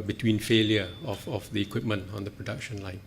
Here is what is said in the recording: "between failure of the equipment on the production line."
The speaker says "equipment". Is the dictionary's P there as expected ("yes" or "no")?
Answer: yes